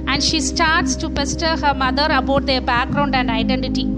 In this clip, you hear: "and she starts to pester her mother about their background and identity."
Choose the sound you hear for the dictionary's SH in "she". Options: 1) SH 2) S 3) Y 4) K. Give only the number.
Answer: 1